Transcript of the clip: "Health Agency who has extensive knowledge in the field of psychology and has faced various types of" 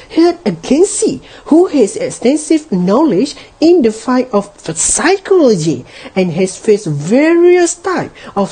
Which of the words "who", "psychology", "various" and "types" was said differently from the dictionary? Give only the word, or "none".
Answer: types